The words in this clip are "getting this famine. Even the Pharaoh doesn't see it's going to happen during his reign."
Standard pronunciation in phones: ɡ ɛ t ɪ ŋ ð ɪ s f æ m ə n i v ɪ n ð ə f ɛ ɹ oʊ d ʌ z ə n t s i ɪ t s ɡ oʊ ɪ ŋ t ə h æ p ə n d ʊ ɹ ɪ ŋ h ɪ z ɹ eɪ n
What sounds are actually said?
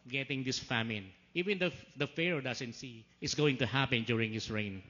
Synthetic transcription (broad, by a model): ɡ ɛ t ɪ ŋ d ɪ s f æ m ə n i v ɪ n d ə f ɛ ɹ oʊ d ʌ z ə n t s i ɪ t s ɡ oʊ ɪ ŋ t ə h æ p ə n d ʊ ɹ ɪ ŋ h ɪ s ɹ eɪ n